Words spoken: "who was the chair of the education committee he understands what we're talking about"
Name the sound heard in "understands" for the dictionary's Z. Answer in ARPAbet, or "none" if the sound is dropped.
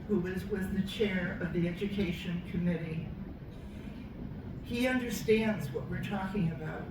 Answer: Z